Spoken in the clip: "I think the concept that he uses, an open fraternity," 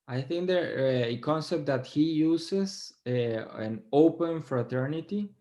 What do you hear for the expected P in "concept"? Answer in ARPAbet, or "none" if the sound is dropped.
P